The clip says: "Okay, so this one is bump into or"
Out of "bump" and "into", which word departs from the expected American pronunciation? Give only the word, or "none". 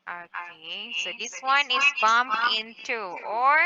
bump